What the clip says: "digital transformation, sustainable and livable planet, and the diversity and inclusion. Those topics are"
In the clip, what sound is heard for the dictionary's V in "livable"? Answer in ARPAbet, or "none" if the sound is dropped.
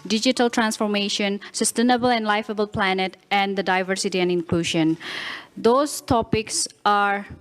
F